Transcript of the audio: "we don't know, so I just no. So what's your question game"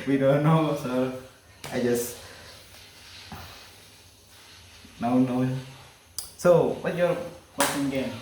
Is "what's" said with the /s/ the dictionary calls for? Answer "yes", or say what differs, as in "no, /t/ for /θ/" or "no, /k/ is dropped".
no, /s/ is dropped